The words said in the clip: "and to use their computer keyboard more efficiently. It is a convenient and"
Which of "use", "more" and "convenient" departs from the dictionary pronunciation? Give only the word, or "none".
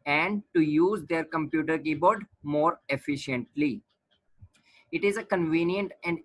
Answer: none